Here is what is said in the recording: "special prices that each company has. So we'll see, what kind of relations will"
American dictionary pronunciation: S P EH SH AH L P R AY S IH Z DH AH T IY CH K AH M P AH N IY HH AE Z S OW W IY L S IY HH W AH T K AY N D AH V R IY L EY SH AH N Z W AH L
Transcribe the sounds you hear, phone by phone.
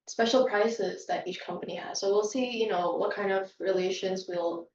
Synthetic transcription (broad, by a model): S P EH SH L P R AY S IH Z DH AH T IY CH K AH M P AH N IY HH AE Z S OW W IY L S IY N W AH T K AY N D AH V R IY L EY SH AH N Z W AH L